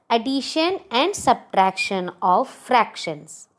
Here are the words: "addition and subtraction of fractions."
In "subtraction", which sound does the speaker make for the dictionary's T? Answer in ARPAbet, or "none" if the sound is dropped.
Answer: T